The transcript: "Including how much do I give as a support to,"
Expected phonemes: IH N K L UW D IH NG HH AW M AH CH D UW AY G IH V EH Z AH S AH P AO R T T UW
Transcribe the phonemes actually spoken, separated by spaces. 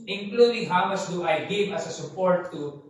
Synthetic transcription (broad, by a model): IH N K L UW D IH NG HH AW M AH S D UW AY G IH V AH S AH S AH P AO R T T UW